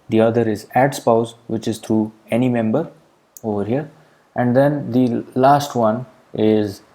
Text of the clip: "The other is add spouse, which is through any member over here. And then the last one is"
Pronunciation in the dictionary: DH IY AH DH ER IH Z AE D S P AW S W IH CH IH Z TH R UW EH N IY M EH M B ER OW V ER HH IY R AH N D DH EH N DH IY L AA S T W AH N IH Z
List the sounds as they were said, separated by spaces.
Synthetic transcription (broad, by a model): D IY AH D ER IH Z AE D S P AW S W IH CH IH Z T R UW EH N IY M EH M B ER OW V ER HH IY R AH N D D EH N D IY L AA S T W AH N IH Z